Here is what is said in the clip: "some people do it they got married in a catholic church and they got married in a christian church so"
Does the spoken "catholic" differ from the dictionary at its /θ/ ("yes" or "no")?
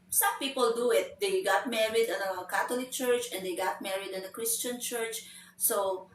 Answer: yes